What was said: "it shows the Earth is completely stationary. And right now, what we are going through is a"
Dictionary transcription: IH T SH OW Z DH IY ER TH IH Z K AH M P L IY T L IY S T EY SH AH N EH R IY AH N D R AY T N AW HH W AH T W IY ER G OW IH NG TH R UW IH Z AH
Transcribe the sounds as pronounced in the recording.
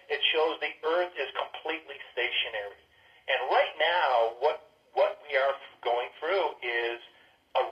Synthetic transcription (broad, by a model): IH T SH OW Z DH IY ER TH IH Z K AH M P L IY T L IY S T EY SH AH N EH R IY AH N R AY T N AW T W AH T W IY ER G OW IH NG TH R UW IH Z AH